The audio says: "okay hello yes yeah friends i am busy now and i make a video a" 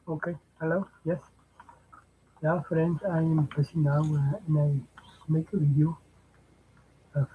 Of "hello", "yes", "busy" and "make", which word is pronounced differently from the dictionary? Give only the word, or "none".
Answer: busy